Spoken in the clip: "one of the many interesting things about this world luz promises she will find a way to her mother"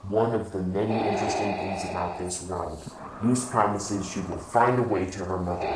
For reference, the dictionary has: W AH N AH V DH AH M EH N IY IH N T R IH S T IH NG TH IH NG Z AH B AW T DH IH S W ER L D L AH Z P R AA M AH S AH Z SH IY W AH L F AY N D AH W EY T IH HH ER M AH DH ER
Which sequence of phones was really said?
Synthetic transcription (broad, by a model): W AH N AH V DH AH M EH N IY IH N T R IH S T IH NG TH IH NG Z AH B AW T DH IH S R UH N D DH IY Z P R AA M AH S AH Z SH IY W AH L F AY N D AH W EY T IH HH ER M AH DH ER